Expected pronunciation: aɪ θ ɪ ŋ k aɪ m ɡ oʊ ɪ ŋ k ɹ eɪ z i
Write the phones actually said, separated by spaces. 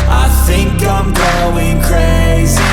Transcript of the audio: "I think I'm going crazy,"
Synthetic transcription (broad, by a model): aɪ θ ɪ ŋ k aɪ m ɡ oʊ ɪ ŋ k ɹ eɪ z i